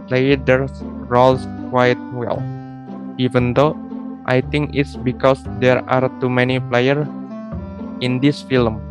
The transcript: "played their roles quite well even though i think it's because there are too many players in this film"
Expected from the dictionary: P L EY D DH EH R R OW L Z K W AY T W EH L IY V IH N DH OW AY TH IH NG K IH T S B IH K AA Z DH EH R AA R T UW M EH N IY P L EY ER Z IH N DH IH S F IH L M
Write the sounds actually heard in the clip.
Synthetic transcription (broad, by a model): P L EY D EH R R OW L S K W AY T W EH L IY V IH N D OW AY T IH NG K IH T S B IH K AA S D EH R AA R T UW M EH N IY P L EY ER IH N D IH S F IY L M